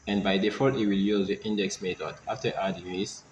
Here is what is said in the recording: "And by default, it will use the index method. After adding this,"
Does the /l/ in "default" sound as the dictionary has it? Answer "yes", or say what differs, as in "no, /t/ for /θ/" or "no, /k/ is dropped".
no, /l/ is dropped